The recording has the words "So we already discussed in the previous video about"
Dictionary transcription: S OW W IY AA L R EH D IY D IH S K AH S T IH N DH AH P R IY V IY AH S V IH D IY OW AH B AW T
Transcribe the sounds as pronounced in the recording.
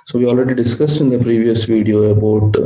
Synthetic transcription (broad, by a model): S OW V IY AA L R EH D IY D IH S K AH S T IH N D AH P R IY V IY AH S V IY D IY OW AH B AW T